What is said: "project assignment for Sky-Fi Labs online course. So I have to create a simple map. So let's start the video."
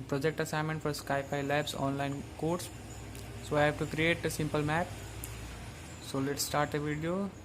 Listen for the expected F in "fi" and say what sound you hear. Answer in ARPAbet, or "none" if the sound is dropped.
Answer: P